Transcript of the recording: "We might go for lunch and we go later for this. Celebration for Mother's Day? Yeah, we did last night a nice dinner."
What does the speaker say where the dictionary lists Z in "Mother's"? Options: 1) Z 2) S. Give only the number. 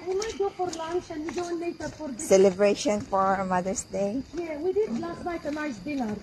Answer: 2